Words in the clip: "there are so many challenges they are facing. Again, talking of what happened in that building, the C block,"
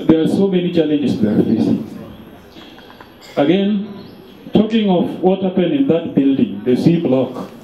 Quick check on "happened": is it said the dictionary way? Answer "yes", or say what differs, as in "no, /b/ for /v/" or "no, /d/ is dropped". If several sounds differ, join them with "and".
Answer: no, /d/ is dropped